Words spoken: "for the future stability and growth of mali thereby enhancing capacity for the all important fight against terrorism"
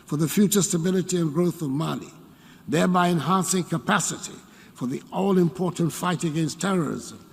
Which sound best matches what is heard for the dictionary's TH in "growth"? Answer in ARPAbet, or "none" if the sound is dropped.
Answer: TH